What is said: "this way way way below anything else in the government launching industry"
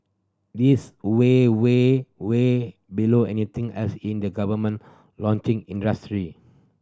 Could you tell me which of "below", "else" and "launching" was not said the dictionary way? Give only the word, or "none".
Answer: else